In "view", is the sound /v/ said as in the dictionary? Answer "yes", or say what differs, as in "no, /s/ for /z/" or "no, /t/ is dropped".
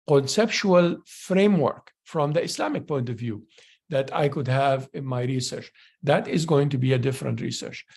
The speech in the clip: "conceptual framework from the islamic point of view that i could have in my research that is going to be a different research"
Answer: yes